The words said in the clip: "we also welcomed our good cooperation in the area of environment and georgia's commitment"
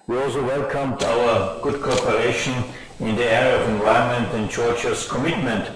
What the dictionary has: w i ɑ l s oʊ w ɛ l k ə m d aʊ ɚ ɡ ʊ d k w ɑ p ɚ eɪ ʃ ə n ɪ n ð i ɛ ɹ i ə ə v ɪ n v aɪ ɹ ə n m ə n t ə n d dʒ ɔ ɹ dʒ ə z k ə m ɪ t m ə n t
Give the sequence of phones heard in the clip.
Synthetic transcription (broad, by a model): w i ɑ l s oʊ w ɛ l k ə m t aʊ ɚ ɡ ʊ d k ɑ p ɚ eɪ ʃ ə n ɪ n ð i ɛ ɹ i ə ə v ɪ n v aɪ ə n m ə n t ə n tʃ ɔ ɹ tʃ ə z k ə m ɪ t m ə n t